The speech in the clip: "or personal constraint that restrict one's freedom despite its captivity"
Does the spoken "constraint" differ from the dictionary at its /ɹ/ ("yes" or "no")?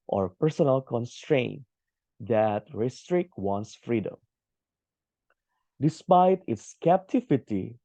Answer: no